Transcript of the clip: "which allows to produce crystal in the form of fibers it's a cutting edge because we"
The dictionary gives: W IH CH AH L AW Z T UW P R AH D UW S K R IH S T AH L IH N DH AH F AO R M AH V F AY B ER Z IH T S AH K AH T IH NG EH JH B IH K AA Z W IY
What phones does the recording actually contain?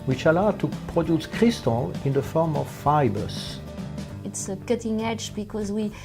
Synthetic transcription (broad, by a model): W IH CH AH L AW T UW P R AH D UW S K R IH S T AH L IH N DH AH F AO R M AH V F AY B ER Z IH T S AH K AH T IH NG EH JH B IH K AA Z W IY